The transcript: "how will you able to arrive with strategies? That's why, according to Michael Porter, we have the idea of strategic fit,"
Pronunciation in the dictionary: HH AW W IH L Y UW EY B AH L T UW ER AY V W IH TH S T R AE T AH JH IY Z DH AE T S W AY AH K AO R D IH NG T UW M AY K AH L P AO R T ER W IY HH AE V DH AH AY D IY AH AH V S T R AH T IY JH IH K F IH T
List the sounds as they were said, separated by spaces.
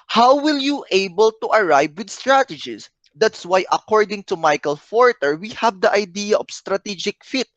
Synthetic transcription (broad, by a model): HH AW W IH L Y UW EY B AH L T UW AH AY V W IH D S T R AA T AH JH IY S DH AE T S W AY AH K AO R D IH NG T UW M AY K AH L F AO R T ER W IY HH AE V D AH AY D IY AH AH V S T R AH T IY JH IH K F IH T